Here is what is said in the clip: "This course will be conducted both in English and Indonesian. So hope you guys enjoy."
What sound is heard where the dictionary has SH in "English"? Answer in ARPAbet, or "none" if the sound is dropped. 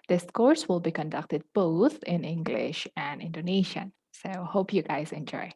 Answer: SH